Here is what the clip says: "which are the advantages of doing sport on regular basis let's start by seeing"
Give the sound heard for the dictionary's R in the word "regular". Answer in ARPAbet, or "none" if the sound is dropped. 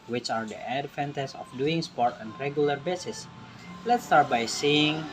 R